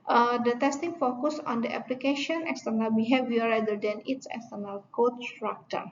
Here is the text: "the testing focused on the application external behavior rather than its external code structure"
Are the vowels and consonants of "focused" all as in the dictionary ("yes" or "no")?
no